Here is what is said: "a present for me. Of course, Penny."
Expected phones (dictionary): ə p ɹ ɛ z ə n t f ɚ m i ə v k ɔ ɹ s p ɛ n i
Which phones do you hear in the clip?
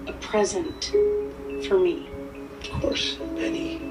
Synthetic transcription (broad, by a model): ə p ɹ ɛ z ə n t f ɚ m i ə v k ɔ ɹ s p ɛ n i